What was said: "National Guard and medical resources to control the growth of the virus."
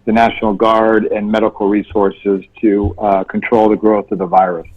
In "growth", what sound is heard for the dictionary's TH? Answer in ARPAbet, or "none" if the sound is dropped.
TH